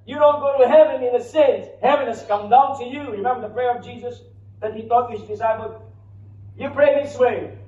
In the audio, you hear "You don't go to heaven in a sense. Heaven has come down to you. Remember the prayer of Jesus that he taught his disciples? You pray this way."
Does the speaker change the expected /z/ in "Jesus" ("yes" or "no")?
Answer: no